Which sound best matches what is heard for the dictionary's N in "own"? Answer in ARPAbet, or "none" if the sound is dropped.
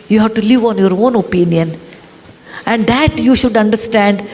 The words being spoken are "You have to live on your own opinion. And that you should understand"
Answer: N